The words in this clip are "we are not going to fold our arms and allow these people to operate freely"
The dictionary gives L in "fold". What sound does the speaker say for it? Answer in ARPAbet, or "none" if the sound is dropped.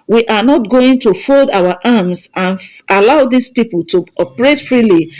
L